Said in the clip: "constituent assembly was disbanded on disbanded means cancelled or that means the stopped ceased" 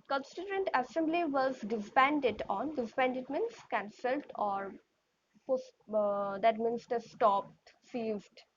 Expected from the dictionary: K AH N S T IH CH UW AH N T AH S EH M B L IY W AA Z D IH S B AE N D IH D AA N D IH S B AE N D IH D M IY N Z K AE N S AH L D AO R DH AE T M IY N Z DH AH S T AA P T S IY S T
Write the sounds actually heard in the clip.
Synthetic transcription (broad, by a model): K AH N S T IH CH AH N T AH S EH M B L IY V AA Z D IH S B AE N D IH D AA N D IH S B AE N D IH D M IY N S K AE N S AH L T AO R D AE T M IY N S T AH S T AA P T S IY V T